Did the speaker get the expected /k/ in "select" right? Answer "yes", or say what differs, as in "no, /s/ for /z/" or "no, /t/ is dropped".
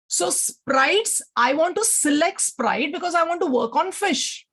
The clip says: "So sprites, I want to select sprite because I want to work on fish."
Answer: yes